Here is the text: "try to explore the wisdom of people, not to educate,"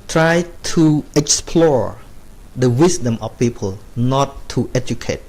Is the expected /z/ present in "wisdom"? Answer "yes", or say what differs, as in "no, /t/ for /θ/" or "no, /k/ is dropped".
no, /s/ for /z/